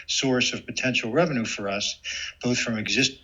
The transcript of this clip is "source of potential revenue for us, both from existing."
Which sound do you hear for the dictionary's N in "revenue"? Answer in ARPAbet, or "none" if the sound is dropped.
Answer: N